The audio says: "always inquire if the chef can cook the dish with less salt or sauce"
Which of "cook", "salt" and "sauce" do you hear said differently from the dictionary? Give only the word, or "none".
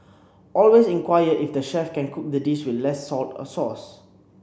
none